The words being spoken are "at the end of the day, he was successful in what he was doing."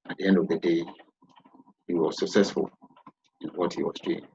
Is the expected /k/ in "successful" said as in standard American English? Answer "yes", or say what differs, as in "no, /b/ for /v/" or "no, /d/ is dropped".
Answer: yes